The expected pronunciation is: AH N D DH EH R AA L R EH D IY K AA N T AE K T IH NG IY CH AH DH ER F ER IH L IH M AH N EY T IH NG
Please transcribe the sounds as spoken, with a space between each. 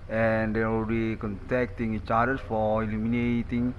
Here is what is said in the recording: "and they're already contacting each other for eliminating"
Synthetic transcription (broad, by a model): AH N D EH W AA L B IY K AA N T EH K T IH NG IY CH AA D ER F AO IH L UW M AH N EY T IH NG